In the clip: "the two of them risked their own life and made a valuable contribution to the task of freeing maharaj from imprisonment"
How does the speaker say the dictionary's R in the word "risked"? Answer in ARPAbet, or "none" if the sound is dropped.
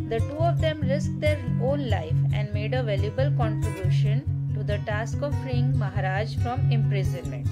L